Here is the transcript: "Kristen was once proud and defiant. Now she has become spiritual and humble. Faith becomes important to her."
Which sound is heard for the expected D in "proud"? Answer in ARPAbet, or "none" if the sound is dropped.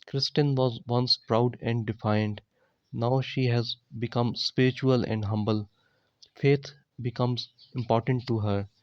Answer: D